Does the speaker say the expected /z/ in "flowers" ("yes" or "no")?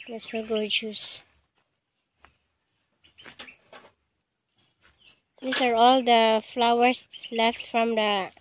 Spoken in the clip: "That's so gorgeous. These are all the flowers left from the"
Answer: no